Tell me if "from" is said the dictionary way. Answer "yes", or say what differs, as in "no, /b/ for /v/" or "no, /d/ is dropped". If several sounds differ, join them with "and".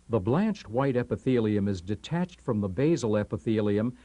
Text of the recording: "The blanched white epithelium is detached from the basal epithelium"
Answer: yes